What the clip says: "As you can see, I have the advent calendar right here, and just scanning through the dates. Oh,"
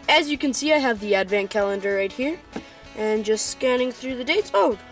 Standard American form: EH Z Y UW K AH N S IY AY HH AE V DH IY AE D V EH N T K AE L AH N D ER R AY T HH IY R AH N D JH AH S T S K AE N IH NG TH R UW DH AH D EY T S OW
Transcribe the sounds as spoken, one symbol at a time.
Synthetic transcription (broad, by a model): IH Z Y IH K AH N S IY AY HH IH V DH IY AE D V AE N K AE L AH N D ER R AY T HH IY R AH N JH AH S T S K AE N IH NG TH R UW DH AH D EY T S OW